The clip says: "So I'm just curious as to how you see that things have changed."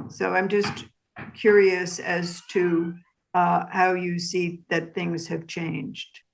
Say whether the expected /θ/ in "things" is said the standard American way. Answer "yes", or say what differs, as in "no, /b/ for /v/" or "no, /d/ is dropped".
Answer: yes